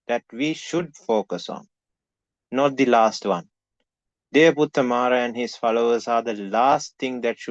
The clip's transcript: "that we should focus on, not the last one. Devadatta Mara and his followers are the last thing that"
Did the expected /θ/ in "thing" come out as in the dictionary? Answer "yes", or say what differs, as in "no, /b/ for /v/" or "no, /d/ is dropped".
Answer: no, /t/ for /θ/